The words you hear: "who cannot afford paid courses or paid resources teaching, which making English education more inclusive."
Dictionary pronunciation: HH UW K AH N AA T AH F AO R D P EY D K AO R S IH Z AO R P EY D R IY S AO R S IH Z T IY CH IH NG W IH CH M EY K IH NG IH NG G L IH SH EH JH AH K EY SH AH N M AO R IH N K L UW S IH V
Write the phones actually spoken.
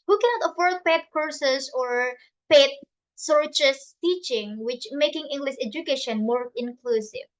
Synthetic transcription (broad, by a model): HH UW K AH N AA T AH F AO R D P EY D K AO R S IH S AO R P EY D S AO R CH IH S T IY CH IH NG W IH CH M EY K IH NG IH NG G L IH SH EH JH AH K EY SH AH N M AO R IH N K L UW S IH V